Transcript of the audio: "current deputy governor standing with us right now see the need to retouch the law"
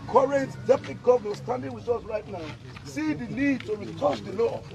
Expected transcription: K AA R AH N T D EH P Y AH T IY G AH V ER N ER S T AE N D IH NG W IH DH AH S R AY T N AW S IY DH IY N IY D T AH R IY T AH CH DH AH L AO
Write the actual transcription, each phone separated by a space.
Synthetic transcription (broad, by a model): K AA R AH N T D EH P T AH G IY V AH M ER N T S T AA N D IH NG W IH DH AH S R AY T N AW S IY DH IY L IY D T AH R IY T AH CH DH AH L AO